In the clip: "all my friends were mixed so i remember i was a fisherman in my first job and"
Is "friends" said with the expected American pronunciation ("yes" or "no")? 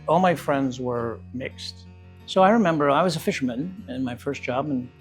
yes